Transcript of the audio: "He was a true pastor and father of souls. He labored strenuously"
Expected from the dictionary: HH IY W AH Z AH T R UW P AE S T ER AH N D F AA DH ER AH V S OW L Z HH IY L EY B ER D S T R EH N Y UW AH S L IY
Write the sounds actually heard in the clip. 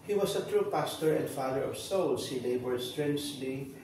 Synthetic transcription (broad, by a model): HH IY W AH S AH T R UW P AE S T ER AH N D F AA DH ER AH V S OW L S HH IY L EY B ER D S T R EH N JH L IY